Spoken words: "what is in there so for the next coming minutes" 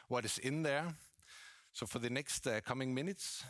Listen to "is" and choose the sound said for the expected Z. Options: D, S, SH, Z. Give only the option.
S